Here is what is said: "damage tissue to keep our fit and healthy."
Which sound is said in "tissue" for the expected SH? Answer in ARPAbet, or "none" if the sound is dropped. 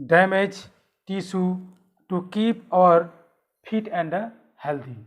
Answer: S